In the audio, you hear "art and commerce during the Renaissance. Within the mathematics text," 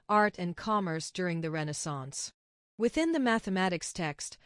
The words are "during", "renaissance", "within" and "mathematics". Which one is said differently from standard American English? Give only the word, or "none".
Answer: none